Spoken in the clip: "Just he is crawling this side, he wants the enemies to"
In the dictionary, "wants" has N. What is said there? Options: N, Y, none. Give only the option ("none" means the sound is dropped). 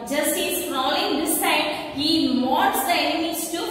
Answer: none